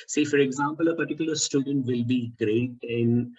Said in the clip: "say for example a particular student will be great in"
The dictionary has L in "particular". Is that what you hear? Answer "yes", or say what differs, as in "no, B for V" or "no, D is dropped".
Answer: yes